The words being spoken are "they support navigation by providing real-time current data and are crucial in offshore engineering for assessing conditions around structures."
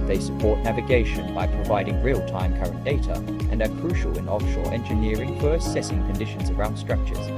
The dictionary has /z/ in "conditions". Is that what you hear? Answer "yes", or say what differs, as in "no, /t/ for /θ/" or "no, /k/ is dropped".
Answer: yes